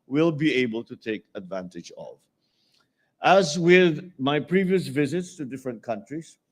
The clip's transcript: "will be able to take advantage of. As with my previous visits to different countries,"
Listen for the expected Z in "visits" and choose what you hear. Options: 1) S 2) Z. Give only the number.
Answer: 2